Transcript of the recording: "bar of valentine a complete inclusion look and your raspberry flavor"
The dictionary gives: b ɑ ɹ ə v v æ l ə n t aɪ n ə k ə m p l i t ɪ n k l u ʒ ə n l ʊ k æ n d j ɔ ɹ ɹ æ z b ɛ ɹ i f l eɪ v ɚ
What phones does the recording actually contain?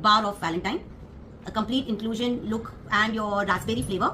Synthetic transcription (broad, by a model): b ɑ ɹ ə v v æ l ə n t aɪ n ə k ə m p l i t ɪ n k l u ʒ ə n l ʊ k æ n d j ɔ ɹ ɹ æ s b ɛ ɹ i f l eɪ v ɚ